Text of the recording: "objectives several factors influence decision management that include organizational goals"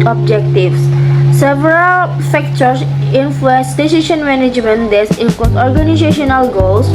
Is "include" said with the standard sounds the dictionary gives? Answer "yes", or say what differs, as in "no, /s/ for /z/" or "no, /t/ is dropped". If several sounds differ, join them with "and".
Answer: no, /l/ is dropped